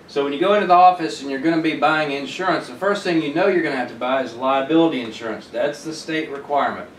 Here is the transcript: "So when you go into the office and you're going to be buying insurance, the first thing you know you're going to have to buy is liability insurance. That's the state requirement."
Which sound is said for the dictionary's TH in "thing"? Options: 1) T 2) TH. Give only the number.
2